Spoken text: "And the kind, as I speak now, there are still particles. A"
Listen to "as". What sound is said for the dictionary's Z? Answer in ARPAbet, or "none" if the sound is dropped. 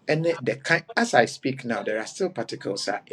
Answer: S